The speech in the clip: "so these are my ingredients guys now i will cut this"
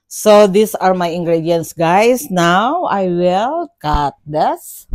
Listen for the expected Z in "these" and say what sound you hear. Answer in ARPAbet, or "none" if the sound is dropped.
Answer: S